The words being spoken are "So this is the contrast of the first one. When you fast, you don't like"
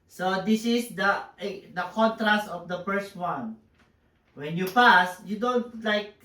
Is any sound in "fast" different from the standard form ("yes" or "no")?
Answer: yes